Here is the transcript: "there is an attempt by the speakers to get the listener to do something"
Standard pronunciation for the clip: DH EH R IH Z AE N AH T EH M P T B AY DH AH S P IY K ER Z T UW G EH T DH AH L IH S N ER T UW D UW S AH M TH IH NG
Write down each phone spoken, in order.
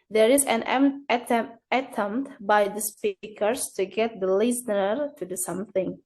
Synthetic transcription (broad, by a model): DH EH R IH Z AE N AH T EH M T B AY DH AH S P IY K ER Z T UW G EH T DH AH L IH S N ER T UW D UW S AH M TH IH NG